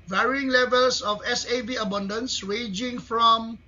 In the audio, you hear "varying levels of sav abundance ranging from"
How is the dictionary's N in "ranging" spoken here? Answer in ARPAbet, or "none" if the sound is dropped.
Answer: none